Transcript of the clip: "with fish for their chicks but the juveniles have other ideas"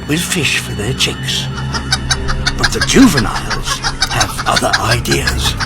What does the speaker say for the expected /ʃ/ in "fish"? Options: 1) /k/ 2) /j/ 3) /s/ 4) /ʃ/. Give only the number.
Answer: 4